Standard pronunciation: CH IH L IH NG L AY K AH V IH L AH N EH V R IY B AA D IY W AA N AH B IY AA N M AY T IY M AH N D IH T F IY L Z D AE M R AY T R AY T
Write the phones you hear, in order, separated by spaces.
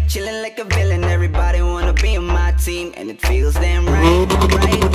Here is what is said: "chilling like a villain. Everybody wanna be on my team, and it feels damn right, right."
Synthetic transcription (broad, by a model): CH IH L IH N L AY K AH V IH L AH N EH V R IY B AA D IY W AA N AH B IY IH N M AY T IY M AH N IH T F IY L Z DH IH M R AY T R AY T